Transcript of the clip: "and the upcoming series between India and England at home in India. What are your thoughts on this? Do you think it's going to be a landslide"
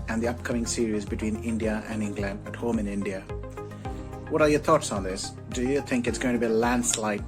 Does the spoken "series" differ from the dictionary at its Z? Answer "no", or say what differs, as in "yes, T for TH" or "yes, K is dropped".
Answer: no